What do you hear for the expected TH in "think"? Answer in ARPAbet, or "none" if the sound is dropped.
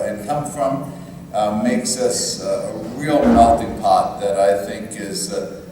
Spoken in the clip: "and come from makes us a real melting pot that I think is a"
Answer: TH